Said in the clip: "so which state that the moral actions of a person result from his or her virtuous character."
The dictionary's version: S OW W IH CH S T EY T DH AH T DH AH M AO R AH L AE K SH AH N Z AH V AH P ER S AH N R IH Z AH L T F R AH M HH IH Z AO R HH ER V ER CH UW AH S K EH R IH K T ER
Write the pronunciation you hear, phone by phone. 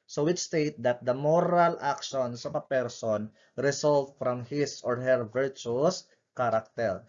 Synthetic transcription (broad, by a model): S OW W IH CH S T EY T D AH T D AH M AO R AH L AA K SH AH N S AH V AH P ER S AH N R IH S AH L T F R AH M HH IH S AO R HH ER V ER CH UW S K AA R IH K T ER